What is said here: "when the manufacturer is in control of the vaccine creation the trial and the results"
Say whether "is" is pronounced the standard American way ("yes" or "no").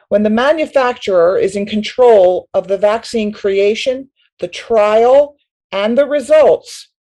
yes